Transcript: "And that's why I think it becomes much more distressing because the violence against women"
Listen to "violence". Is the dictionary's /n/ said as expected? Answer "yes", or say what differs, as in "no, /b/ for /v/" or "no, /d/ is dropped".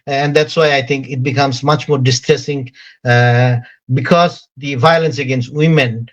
yes